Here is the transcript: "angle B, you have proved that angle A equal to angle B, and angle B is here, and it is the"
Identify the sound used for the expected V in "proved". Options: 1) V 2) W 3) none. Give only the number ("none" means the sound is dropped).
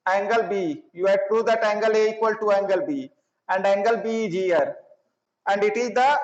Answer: 3